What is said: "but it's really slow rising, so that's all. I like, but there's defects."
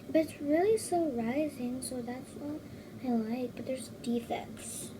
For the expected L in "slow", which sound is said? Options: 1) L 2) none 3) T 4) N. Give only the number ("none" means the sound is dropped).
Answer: 2